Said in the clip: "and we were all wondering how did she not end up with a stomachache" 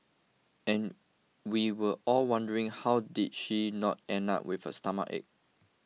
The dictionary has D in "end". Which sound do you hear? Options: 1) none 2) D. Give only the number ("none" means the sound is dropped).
1